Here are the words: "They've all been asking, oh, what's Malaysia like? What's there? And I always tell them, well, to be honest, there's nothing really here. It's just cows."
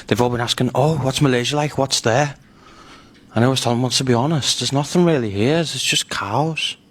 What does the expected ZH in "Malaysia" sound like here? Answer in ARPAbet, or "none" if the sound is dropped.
ZH